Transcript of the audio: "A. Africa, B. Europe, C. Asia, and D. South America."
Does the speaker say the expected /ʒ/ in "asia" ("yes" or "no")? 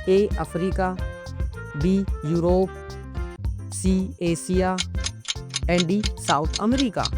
no